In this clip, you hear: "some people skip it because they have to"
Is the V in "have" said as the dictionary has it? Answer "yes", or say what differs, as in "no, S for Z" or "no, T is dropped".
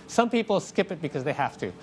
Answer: no, F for V